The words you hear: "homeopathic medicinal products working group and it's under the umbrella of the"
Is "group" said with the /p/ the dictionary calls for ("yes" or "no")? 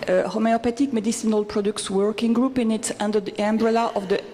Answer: yes